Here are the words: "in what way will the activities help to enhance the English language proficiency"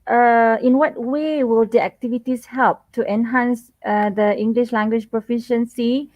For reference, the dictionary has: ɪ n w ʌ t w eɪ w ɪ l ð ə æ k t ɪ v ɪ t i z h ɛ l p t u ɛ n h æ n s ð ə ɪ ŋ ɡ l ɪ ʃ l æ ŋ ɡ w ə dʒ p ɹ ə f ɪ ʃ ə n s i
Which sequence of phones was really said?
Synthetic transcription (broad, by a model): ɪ n w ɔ t w eɪ w ɪ l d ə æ k t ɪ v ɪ t i s h ɛ l p t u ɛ n h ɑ n s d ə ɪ ŋ ɡ l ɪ ʃ l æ ŋ ɡ w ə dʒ p ɹ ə f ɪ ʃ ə n s i